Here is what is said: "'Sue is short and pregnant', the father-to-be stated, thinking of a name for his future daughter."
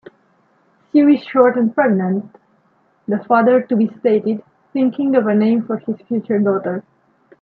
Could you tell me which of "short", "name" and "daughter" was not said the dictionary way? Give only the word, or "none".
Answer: none